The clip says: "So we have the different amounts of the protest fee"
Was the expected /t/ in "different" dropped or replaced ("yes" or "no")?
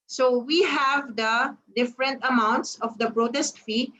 no